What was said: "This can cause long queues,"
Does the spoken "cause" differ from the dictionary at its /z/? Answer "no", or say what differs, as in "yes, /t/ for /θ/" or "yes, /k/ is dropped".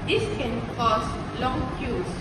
yes, /s/ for /z/